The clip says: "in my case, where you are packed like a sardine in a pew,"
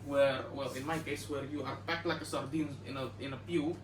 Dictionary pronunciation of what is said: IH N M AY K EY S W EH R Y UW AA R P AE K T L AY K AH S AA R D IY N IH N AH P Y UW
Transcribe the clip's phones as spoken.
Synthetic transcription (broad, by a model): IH N M AY K EY S W EH R Y UW AA R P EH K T L AY K AH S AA R D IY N IH N AH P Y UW